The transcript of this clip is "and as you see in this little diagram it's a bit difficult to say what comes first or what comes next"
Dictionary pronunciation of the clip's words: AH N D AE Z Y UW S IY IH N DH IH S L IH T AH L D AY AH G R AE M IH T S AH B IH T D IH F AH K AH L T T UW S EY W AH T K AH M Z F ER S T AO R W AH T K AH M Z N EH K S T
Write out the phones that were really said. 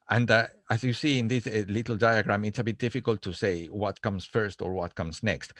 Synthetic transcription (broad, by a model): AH N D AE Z Y UW S IY IH N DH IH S L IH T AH L D AY AH G R AE M IH T S AH B IH T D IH F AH K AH L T T UW S EY W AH T K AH M S F ER S T AO R W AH T K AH M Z N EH K S T